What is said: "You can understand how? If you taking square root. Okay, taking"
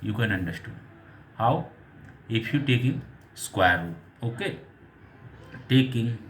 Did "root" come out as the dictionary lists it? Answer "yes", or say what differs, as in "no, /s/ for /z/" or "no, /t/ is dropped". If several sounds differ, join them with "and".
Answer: no, /t/ is dropped